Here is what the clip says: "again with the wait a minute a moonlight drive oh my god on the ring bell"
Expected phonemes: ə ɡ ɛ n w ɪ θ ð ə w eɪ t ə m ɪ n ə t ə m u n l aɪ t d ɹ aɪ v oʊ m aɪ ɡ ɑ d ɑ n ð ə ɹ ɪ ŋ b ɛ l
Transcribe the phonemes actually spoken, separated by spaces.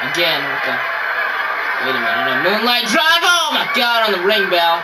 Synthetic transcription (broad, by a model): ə ɡ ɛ n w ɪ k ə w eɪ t ə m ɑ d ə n ə m u n l aɪ t d ɹ aɪ v oʊ m aɪ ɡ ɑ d n ð ə ɹ ɪ ŋ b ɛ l